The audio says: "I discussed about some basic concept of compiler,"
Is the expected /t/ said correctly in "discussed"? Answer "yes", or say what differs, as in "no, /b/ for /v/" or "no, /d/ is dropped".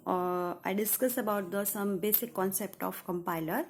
no, /t/ is dropped